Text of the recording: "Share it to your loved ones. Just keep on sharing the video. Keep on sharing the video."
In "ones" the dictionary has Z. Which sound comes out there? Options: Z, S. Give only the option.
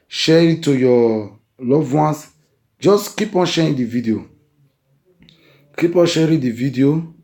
S